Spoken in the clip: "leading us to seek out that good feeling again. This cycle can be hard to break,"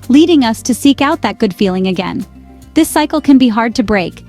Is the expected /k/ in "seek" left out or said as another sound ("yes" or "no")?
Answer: no